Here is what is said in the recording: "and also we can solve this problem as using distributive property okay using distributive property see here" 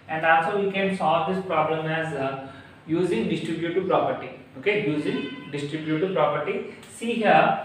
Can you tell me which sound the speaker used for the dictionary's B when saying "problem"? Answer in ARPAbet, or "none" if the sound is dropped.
B